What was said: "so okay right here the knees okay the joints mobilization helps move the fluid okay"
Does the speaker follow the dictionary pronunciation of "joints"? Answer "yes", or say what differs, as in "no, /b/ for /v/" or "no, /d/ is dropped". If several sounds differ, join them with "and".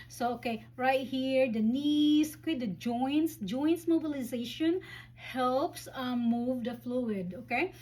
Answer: no, /s/ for /t/